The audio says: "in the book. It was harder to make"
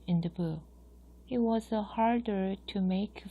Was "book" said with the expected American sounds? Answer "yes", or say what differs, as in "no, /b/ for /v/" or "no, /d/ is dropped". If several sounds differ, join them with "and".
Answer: no, /k/ is dropped